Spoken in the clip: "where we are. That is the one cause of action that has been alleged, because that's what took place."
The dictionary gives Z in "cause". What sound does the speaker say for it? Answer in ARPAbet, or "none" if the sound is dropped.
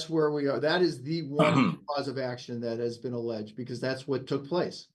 Z